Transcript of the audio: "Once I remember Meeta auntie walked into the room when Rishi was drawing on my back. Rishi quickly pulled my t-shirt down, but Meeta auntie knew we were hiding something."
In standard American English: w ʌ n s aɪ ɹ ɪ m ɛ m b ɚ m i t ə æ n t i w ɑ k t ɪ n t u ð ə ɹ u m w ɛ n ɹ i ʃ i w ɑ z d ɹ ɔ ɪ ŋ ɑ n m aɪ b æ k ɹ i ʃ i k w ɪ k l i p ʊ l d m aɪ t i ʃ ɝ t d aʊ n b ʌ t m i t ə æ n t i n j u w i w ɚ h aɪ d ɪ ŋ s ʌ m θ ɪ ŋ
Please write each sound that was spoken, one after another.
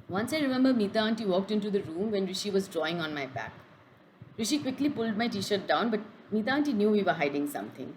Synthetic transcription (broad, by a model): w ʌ n s aɪ ɹ ɪ m ɛ m b ɚ m i t ə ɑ n t i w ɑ k t ɪ n t u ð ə ɹ u m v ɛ n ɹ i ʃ i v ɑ z d ɹ ɔ ɪ ŋ ɑ n m aɪ b æ k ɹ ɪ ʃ i k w ɪ k l i p ʊ l d m aɪ t i ʃ ɝ t d aʊ n b ʌ t m i t ə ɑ n t i n j u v i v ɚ h aɪ d ɪ ŋ s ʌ m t ɪ ŋ